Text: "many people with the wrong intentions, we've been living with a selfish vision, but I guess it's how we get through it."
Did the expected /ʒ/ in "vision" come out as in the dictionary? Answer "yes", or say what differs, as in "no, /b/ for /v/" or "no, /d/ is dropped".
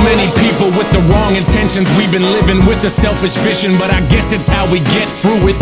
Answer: no, /ʃ/ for /ʒ/